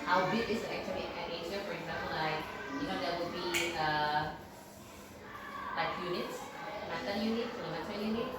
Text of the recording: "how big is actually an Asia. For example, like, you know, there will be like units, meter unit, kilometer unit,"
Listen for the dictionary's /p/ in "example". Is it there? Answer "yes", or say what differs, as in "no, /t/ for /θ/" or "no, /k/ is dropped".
yes